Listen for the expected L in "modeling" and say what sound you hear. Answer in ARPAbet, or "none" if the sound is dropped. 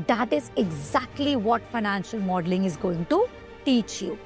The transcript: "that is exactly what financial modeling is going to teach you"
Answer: L